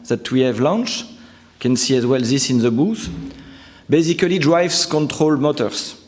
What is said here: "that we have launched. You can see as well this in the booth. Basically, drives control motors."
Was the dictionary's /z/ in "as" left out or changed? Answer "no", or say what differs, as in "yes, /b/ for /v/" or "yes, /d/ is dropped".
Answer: no